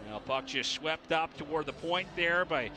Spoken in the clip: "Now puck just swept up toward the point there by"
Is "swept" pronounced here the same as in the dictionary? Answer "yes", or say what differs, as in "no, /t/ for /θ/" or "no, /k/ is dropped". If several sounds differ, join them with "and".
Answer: yes